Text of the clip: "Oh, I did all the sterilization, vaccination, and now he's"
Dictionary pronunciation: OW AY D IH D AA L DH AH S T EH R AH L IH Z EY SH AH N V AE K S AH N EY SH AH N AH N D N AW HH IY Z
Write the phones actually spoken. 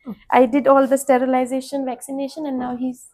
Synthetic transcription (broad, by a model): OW AY D IH D AA L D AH S T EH R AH L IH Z EY SH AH N V AE K S AH N EY SH AH N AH N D N AW HH IY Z